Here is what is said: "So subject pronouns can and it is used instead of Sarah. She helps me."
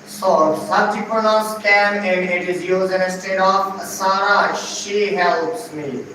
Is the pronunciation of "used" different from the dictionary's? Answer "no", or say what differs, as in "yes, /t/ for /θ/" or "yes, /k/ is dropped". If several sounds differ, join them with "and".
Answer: yes, /d/ is dropped